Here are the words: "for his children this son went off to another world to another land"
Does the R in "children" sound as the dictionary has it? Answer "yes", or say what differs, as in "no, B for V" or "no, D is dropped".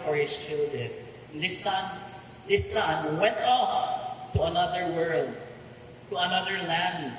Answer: no, L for R